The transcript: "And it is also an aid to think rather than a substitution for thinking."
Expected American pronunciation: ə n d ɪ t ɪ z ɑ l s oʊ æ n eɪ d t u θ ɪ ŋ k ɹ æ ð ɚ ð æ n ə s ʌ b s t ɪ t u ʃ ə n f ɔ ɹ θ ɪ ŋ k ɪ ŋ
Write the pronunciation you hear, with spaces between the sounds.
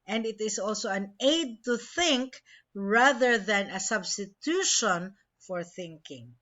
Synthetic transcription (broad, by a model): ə n d ɪ t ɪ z ɑ l s oʊ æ n eɪ d t u θ ɪ ŋ k ɹ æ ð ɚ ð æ n ə s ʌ b s t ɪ t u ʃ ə n f ɔ ɹ θ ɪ ŋ k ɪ ŋ